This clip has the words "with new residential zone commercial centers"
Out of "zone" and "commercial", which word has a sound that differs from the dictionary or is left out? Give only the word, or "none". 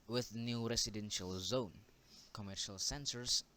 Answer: none